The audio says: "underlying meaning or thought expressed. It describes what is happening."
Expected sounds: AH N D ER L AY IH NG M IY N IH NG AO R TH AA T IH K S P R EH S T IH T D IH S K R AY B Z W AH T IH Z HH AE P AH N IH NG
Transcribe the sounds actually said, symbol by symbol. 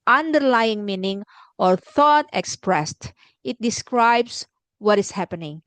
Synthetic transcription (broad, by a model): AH N D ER L AY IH NG M IY N IH NG AO R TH AA T IH K S P R EH S T IH T D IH S K R AY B S W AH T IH S HH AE P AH N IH NG